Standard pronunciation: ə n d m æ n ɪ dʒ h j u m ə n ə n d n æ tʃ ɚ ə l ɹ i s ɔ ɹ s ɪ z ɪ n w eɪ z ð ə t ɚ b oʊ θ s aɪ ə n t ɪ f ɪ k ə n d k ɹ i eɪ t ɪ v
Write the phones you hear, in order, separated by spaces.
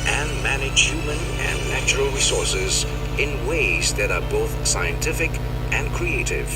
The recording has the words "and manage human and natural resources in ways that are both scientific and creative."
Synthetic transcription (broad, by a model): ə n m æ n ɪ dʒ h j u m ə n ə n n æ tʃ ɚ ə l ɹ i s ɔ ɹ s ɪ z ɪ n w eɪ z ð ə t ɚ b oʊ θ s aɪ ə n t ɪ f ɪ k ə n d k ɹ i eɪ t ɪ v